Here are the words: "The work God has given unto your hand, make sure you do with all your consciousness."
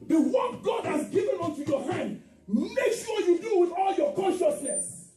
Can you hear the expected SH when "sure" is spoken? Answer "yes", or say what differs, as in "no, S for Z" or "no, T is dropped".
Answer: no, S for SH